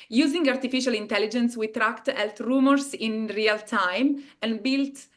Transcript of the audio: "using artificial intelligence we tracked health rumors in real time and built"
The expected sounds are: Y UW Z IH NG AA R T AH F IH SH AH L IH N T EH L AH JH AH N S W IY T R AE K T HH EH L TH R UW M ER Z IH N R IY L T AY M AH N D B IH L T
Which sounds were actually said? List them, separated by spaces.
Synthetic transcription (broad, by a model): Y UW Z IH NG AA R T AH F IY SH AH L IH N T EH L AH JH AH N S W IY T R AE K T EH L T R UW M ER S IH N R IY L T AY M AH N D B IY L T